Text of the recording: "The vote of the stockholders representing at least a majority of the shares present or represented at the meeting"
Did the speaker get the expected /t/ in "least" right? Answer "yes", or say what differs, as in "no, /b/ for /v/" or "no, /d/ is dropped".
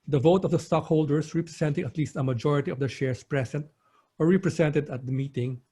yes